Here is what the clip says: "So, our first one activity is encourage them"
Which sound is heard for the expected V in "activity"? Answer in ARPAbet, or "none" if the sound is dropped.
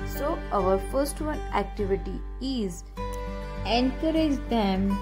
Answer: V